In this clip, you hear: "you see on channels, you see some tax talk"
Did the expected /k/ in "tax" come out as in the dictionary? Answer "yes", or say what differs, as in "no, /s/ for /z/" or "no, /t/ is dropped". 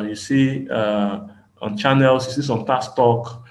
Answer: no, /k/ is dropped